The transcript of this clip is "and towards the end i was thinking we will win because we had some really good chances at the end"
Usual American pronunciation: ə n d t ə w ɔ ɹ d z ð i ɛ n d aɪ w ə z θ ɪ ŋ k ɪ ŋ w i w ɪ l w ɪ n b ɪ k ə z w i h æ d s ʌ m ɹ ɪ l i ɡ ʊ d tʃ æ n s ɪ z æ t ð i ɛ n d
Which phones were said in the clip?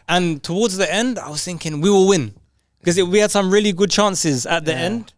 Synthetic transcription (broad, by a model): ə n t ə w ɔ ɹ d z ð i ɛ n d aɪ w ə z θ ɪ ŋ k ɪ ŋ w i w ɪ l w ɪ n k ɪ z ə w i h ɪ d s ʌ m ɹ ɪ l i ɡ ʊ d tʃ æ n s ɪ z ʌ t ð i ɛ n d